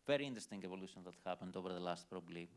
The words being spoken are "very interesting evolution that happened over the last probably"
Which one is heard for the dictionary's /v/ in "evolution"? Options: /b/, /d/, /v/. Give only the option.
/v/